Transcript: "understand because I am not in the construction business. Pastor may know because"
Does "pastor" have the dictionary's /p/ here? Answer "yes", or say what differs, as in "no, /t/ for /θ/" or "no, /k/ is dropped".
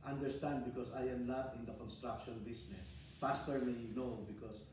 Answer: no, /f/ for /p/